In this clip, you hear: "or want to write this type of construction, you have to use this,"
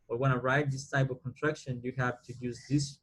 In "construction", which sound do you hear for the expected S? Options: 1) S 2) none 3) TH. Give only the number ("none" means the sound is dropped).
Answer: 2